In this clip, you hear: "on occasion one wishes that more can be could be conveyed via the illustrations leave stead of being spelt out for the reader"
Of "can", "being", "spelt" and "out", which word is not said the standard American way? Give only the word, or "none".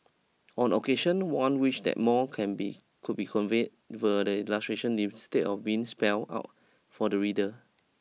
spelt